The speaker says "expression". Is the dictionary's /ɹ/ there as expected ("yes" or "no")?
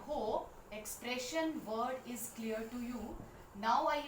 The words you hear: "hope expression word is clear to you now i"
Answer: yes